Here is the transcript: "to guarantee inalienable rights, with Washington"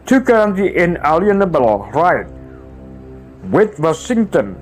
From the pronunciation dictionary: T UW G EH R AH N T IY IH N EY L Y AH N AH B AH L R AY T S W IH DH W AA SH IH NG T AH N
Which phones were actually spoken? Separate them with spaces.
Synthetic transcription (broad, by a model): T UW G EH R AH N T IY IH N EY L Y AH N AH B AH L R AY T W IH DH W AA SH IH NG T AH N